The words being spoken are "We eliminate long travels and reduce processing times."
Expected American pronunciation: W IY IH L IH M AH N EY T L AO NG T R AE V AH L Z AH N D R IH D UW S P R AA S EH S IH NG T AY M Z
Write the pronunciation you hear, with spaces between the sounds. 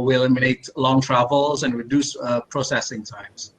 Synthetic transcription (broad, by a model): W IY IH L IH M AH N EY T L AO NG T R AE V AH L Z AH N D R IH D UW S P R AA S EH S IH NG T AY M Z